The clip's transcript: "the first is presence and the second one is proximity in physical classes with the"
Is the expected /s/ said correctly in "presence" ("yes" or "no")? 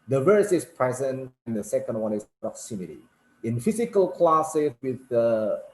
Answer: no